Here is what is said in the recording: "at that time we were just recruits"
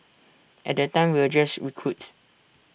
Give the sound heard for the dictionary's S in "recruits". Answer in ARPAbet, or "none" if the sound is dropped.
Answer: none